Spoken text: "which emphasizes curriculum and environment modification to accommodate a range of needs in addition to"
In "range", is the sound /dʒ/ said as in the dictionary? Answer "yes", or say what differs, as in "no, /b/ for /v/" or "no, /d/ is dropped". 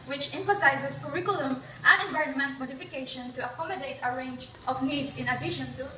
yes